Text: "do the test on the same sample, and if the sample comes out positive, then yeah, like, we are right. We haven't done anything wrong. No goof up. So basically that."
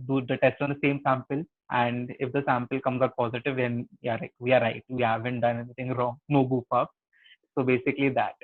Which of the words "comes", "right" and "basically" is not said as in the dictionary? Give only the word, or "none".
none